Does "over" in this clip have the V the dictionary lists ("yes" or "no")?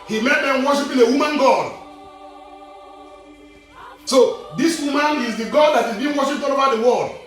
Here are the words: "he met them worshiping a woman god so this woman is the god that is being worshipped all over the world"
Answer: no